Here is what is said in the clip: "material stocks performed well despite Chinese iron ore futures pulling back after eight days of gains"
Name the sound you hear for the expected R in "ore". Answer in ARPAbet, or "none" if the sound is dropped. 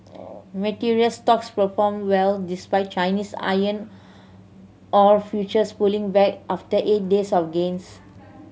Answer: R